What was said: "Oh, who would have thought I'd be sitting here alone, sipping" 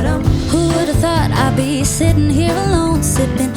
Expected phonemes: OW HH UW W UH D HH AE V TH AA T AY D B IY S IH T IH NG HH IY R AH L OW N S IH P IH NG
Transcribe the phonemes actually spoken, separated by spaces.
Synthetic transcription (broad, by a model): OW HH UW W UH D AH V TH AA T AY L B IY S IH T IH NG HH IY R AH L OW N S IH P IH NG